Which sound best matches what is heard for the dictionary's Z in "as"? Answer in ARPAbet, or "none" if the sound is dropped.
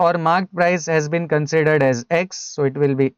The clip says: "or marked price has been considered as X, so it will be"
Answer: Z